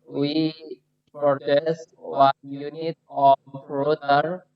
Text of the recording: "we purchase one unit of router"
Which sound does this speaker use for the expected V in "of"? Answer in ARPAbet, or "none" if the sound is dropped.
P